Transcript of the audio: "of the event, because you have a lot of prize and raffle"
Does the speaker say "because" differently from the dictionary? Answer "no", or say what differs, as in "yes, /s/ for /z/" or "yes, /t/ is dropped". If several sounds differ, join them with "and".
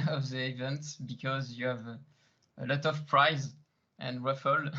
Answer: no